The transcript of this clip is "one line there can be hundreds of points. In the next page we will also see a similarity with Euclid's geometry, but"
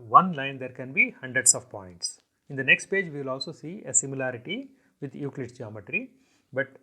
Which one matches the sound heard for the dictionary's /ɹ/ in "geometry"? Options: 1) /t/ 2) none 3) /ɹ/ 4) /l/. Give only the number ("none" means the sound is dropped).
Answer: 3